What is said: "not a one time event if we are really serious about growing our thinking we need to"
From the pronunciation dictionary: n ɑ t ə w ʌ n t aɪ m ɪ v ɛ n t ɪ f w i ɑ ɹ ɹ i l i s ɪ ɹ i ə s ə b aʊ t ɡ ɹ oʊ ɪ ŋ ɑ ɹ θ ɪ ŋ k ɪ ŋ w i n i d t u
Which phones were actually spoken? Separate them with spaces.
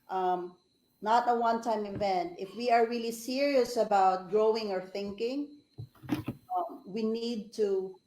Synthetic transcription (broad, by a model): n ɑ t ə w ʌ n t aɪ m ɪ v ɛ n t ɪ f w i ɑ ɹ ɹ i l i s ɪ ɹ i ə s ə b aʊ t ɡ ɹ oʊ ɪ ŋ ɑ ɹ θ ɪ ŋ k ɪ ŋ w i n i d t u